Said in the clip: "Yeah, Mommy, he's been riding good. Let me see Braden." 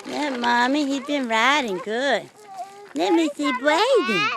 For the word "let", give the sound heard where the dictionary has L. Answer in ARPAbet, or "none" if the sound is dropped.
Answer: N